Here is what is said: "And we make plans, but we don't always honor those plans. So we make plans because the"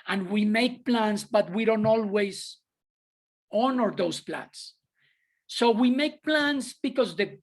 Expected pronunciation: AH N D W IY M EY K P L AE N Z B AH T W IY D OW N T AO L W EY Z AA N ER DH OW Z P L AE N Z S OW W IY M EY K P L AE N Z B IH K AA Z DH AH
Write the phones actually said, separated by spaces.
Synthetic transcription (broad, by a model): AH N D W IY M EY K P L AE N S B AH T W IY D OW N T AO L W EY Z AA N ER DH OW S P L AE N S OW W IY M EY K P L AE N S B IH K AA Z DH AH